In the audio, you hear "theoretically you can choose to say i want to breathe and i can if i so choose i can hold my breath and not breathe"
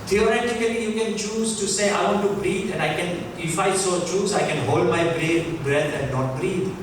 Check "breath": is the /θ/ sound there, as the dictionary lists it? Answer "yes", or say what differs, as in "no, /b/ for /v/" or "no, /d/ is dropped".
no, /t/ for /θ/